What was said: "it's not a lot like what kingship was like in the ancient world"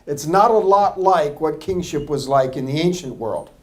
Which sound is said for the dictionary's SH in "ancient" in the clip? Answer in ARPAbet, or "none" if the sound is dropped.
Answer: SH